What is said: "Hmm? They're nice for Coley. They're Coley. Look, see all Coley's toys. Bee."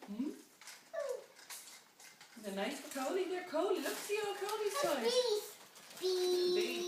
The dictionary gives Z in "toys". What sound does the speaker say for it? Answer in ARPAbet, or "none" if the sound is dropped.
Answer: none